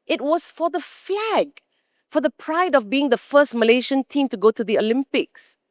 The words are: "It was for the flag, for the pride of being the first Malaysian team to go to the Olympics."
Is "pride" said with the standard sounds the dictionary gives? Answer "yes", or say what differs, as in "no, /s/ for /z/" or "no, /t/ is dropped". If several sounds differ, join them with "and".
yes